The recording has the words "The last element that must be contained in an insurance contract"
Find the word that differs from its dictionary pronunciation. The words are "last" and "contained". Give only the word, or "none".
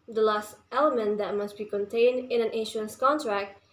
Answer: none